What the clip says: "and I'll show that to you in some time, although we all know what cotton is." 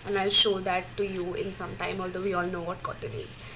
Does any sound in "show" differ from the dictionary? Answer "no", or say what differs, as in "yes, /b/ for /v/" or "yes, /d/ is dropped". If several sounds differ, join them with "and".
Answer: no